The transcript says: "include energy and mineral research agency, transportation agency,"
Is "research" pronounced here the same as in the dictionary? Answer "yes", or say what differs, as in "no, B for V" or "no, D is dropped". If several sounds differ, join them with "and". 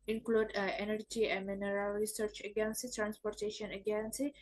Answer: yes